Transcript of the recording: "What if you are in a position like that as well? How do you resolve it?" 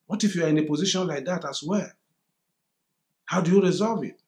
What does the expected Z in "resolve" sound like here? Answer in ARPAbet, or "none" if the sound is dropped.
Z